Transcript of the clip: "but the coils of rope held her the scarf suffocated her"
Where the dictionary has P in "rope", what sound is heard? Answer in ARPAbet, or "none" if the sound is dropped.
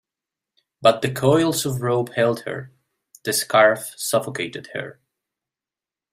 B